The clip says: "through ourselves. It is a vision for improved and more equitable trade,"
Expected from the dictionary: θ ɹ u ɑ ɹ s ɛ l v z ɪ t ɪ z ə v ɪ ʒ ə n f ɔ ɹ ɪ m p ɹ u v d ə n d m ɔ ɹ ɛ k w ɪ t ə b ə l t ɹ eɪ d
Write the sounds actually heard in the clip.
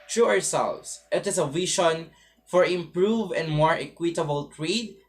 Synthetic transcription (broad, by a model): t ɹ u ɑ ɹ s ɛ l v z ɪ t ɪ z ə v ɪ ʃ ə n f ɔ ɹ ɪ m p ɹ u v ə n d m ɔ ɹ ɛ k w ɪ t ə b ə l t ɹ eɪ d